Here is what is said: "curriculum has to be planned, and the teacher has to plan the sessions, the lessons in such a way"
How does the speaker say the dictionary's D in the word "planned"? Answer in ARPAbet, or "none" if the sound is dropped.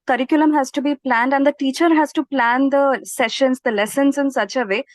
D